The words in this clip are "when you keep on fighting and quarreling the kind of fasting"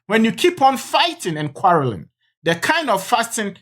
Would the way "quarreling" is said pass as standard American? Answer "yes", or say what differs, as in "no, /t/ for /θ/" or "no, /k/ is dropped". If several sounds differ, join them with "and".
yes